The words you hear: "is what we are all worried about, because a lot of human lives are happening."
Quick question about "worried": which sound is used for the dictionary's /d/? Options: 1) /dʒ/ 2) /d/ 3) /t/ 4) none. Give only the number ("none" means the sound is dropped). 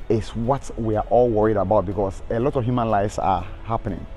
2